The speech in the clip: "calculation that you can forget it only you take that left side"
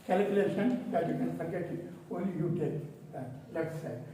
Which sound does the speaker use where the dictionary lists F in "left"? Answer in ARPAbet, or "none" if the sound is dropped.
none